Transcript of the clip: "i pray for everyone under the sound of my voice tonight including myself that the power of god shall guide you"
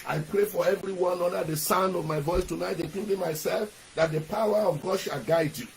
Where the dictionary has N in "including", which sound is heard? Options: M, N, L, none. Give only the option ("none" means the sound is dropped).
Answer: none